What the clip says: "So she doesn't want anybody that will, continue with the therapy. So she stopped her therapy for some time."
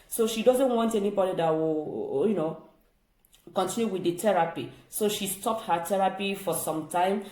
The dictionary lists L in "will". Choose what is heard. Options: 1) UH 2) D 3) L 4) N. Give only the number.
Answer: 4